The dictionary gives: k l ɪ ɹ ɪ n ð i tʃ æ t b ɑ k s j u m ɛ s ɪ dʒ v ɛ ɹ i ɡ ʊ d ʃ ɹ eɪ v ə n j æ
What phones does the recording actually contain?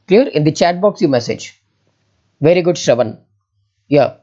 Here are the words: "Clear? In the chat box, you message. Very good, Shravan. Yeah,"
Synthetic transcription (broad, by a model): k l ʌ ɹ ɪ n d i tʃ æ t b ɑ k s j u m ɛ s ɪ dʒ v ɛ ɹ i ɡ ʊ d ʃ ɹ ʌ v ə n j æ